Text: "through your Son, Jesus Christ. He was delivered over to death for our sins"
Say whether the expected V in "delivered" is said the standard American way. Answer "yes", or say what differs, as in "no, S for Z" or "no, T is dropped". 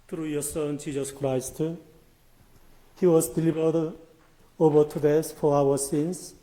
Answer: no, B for V